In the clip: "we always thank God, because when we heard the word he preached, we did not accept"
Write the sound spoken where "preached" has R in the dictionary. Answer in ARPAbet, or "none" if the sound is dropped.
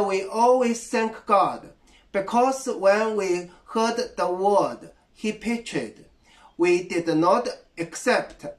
none